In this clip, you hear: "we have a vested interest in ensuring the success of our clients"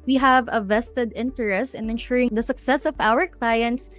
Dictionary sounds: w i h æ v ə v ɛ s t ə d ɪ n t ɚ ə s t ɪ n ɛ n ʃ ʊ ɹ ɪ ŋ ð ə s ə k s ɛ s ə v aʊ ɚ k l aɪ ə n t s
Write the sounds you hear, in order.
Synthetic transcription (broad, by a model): w i h æ v ə v ɛ s t ə d ɪ n t ɚ ə s t ɪ n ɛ n ʃ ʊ ɹ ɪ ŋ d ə s ə k s ɛ s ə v aʊ ɚ k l aɪ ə n t s